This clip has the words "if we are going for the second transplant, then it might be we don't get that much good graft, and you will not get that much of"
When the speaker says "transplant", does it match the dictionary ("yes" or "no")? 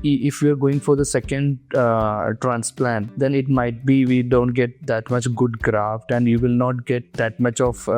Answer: yes